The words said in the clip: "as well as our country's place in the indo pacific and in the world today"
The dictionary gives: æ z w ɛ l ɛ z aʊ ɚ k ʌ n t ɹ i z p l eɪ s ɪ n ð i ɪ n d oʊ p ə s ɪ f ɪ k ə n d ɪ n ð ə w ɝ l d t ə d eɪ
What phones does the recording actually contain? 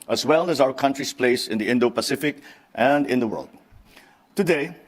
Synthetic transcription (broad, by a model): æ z w ɛ l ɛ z aʊ ɚ k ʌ n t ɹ i s p l eɪ s ɪ n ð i ɪ n d oʊ p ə s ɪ f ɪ k ə n d ɪ n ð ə w ɝ l d t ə d eɪ